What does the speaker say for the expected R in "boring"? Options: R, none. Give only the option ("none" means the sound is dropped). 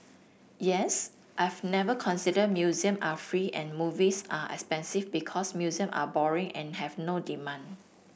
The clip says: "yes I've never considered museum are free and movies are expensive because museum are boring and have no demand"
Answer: R